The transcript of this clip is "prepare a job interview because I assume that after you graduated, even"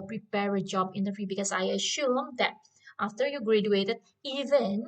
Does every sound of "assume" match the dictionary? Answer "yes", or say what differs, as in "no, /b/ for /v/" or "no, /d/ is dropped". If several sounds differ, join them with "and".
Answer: no, /ʃ/ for /s/